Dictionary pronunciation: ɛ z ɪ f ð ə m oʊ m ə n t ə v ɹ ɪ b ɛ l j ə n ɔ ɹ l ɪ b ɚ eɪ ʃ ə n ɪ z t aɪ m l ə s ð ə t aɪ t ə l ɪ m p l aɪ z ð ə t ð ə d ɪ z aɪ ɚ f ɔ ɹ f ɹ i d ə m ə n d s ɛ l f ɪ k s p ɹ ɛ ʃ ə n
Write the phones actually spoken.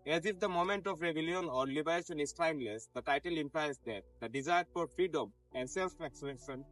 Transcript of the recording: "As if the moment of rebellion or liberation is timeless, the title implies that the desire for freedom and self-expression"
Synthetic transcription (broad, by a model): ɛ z ɪ f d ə m oʊ m ə n t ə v ɹ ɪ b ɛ l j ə n ɔ ɹ l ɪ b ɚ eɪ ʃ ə n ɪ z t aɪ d l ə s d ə t aɪ t ə l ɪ m p l aɪ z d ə t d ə d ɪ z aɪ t p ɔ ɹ f ɹ i d ə m ə n d s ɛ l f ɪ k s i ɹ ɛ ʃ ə n